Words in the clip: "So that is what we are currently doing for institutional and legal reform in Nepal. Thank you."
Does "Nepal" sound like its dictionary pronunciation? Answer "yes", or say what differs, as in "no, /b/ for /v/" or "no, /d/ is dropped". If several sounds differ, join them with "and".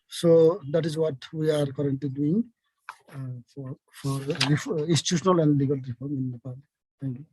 no, /b/ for /p/